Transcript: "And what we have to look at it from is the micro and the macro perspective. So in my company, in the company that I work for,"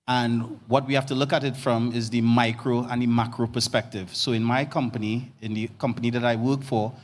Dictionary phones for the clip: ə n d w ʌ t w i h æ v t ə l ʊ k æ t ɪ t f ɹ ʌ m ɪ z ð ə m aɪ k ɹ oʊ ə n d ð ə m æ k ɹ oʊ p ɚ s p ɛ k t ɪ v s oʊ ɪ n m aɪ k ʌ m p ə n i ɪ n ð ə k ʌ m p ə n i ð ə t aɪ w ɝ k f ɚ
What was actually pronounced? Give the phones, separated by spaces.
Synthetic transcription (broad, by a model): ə n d w ʌ t w i h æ f t ə l ʊ k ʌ t ɪ t f ɹ ʌ m ɪ z ð ə m aɪ k ɹ oʊ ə n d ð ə m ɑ k ɹ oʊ p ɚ s p ɛ k t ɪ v s oʊ ɪ n m aɪ k ʌ m p ə n i ɪ n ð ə k ʌ m p ə n i ð ə t aɪ w ɝ k f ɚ